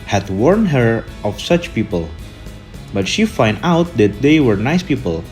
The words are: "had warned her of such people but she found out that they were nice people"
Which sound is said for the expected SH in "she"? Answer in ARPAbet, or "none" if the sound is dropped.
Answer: SH